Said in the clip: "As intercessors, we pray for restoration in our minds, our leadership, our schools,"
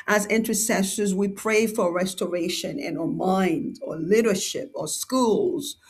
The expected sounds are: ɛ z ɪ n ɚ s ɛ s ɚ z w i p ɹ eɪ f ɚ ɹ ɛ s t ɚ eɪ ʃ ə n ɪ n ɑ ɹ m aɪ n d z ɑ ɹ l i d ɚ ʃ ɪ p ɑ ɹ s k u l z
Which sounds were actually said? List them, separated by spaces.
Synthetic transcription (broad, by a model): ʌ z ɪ n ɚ s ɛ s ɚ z w i p ɹ eɪ f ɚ ɹ ɛ s t ɚ eɪ ʃ ə n ɪ n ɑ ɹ m aɪ n d ɑ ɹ l i d ɚ ʃ ɪ p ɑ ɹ s k u l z